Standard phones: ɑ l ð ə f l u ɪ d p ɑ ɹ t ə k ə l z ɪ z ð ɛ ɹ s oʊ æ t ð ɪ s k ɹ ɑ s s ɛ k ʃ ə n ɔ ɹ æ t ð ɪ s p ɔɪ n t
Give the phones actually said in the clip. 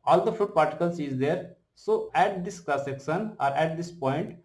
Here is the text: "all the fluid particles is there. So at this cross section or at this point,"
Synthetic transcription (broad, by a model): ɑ l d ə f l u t p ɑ ɹ t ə k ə l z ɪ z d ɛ ɹ s oʊ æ t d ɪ s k l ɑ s s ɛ k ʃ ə n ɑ ɹ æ t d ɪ s p ɔɪ n t